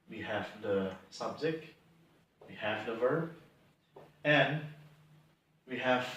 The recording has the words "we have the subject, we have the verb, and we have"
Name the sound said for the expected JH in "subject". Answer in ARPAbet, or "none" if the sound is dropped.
Z